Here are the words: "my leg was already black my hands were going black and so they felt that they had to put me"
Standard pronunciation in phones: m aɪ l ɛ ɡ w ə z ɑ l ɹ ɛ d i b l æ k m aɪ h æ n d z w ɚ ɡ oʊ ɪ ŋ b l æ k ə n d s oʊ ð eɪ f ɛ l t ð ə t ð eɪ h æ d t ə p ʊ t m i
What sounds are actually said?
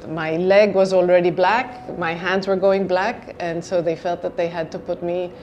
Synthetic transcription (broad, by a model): m aɪ l ɛ ɡ w ə z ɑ l ɹ ɛ d i b l æ k m aɪ h æ n d z w ɚ ɡ oʊ ɪ ŋ b l æ k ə n s oʊ ð eɪ f ɛ l t ð ə t ð eɪ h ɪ d t ə p ʊ t m i